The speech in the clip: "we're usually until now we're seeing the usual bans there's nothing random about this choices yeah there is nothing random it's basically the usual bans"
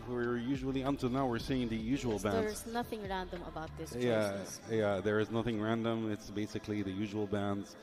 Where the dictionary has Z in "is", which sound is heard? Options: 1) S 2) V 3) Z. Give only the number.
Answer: 3